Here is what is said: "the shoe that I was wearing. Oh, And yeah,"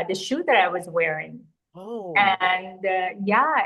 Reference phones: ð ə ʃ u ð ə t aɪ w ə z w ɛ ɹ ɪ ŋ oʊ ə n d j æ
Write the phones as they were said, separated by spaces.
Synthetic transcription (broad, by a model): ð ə ʃ u ð ə t aɪ w ə z w ɛ ɹ ɪ ŋ oʊ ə n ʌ j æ